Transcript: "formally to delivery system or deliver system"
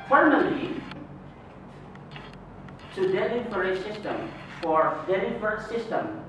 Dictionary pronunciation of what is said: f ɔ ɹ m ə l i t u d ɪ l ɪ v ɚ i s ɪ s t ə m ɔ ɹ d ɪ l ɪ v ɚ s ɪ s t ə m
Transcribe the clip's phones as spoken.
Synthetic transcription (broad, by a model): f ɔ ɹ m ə l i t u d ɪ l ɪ f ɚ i s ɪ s t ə m ɔ ɹ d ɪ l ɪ f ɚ s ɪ s t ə m